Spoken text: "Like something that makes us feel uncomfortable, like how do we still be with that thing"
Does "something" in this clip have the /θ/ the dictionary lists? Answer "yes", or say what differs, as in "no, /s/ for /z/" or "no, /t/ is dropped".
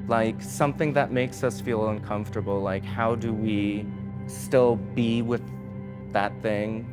yes